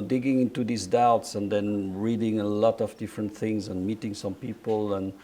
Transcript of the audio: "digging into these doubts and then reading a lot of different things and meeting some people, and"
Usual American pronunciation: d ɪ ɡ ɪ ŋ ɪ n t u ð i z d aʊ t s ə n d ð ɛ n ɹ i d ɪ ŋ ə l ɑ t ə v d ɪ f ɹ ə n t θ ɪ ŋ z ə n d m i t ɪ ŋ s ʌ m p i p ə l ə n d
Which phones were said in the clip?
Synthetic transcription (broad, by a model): d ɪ ɡ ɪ ŋ ɪ n t u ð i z d aʊ t s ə n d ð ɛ n ɹ i d ɪ ŋ ə l ɑ t ə v d ɪ f ɹ ə n t θ ɪ ŋ z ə n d m i t ɪ ŋ s ʌ m p i p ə l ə n